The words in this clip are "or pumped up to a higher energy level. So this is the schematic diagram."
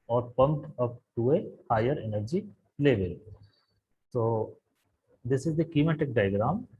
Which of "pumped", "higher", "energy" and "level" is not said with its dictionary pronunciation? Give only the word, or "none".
pumped